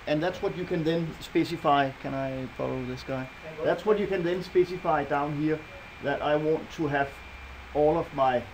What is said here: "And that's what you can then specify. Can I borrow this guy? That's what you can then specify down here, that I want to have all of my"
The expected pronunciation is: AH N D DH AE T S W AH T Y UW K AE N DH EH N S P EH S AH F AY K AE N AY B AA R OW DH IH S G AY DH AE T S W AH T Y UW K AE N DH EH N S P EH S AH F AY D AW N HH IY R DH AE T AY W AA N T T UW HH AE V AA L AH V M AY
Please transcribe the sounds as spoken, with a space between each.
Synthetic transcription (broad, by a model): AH N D DH AE T S W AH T Y UW K AE N DH EH N S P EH S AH F AY K AE N AY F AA L OW DH IH S G AY DH AE T S W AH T Y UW K AE N DH EH N S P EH S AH F AY D AW N HH IY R DH AE T AY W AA N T T UW HH AE V AA L AH V M AY